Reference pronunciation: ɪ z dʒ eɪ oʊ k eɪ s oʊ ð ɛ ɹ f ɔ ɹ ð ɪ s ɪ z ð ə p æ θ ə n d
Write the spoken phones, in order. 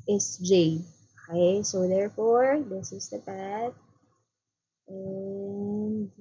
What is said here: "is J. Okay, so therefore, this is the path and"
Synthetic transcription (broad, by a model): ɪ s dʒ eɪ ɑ ɪ s oʊ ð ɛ ɹ f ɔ ɹ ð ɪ s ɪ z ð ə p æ t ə n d